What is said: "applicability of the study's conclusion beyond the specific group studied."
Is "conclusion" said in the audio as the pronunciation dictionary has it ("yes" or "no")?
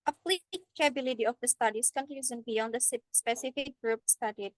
no